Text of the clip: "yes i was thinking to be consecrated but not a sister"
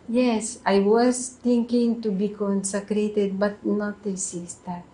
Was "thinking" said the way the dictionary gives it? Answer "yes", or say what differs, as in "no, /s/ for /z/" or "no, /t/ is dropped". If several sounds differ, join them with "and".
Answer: no, /t/ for /θ/